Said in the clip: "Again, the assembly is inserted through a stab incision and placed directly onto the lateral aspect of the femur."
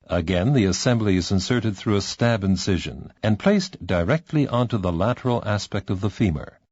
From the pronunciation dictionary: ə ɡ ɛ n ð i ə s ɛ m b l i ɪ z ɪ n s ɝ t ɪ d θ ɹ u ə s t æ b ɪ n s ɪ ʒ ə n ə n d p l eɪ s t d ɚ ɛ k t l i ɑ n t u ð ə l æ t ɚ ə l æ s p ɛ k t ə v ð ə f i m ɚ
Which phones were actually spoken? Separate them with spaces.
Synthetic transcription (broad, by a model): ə ɡ ɛ n ð i ə s ɛ m b l i ɪ z ɪ n s ɝ t ɪ d θ ɹ u ə s t æ b ɪ n s ɪ ʒ ə n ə n p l eɪ s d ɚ ɛ k t l i ɑ n t u ð ə l æ t ɚ l æ s p ɛ k t ə v ð ə f i m ɚ